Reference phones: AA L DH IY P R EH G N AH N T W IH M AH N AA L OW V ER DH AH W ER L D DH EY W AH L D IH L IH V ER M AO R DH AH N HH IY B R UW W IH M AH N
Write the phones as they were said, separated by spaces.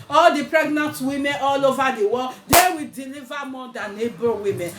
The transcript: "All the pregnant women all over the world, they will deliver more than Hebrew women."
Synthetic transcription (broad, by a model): AA L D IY P R EH G N AH N T W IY M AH N AA L OW V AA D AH W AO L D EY W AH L D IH L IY V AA M AO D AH N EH B UW W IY M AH N